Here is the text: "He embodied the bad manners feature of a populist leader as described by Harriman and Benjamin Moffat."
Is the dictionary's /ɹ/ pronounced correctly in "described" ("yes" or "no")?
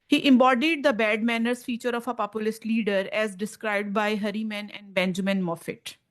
yes